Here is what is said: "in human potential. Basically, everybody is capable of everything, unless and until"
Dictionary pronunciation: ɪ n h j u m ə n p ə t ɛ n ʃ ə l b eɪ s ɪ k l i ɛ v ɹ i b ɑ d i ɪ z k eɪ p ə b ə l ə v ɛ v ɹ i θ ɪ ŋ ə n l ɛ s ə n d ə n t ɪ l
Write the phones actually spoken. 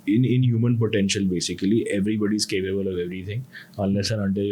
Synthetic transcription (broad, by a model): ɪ n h j u m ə n p ə t ɛ n ʃ ə l b eɪ s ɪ k l i ɛ v ɹ i b ɑ d i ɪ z k eɪ p ə b ə l ə v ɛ v ɹ i t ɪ ŋ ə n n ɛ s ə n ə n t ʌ